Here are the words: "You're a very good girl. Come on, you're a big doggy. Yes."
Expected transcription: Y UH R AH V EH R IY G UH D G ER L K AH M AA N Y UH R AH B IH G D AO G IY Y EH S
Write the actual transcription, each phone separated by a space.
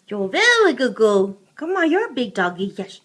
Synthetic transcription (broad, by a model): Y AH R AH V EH L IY G UH D G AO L K AH M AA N Y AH R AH B IH G D AO G IY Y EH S